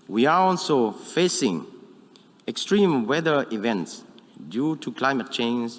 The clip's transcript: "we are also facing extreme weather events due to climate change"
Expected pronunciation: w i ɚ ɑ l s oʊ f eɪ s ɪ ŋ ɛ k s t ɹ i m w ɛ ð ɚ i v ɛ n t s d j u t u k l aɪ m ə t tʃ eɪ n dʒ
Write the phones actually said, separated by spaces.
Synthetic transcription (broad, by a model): w i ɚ ɑ l s oʊ f eɪ s ɪ ŋ ɛ k s t ɹ i m w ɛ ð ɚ i v ɛ n t s d j u t u k l aɪ m ə t tʃ eɪ n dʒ